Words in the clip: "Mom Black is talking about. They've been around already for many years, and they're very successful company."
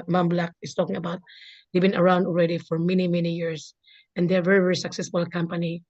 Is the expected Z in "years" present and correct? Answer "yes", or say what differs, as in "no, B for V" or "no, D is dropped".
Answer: no, S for Z